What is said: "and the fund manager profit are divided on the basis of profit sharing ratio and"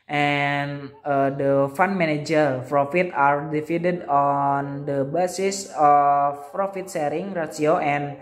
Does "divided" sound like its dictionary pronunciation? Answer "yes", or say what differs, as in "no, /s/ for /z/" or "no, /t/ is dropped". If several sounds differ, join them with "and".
no, /f/ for /v/